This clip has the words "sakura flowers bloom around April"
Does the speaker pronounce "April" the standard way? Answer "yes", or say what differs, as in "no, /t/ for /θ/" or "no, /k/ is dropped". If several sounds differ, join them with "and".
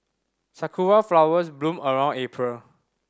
yes